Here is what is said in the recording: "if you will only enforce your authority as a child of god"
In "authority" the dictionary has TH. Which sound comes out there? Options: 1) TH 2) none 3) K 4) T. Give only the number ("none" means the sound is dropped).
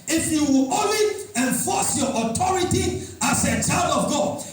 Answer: 4